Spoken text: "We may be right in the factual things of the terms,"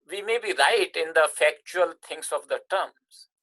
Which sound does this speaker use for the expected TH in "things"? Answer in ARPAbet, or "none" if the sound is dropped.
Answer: T